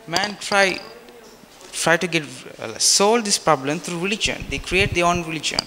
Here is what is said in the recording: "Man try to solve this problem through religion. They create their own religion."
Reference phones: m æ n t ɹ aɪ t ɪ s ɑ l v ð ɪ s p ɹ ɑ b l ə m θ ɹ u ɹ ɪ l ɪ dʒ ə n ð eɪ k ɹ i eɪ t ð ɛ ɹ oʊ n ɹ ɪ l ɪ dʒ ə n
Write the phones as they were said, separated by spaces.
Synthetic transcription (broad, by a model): m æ n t ɹ aɪ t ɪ s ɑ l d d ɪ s p ɹ ɑ b l ə m t ɹ u ɹ ɪ l ɪ dʒ ə n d eɪ k ɹ i eɪ t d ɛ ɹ oʊ n ɹ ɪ l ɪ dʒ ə n